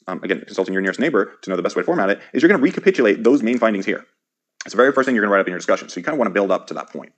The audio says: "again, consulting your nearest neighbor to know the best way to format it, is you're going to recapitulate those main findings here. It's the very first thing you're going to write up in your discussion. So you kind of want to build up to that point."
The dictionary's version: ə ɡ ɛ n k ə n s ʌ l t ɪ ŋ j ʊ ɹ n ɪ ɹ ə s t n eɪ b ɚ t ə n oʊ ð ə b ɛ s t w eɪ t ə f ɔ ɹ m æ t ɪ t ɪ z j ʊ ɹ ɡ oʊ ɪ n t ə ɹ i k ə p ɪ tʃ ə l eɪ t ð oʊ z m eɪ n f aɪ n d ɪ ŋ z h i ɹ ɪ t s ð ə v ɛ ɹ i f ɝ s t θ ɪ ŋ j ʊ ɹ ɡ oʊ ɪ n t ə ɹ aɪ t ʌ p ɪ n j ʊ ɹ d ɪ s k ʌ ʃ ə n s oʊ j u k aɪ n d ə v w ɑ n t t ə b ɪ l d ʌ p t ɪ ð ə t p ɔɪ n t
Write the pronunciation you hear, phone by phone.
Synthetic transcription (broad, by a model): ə ɡ ɛ n k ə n s ʌ l t ɪ ŋ j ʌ ɹ n ɪ ɹ ə s t n eɪ b ɚ t ə n oʊ ð ə b ɛ s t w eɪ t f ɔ ɹ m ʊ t ɪ t ɪ z j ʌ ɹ ɡ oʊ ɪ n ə ɹ i k ə p ɪ tʃ ə l eɪ t ð oʊ z m eɪ n f aɪ n d ɪ ŋ z h i ɹ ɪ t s ð ə v ɛ ɹ i f ɝ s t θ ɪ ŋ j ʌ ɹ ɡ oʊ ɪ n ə ɹ aɪ t ʌ p ɪ n j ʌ ɹ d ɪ s k ʌ ʃ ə n s oʊ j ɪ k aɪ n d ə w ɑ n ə b ɪ l d ʌ p t ɪ ð ə t p ɔɪ n t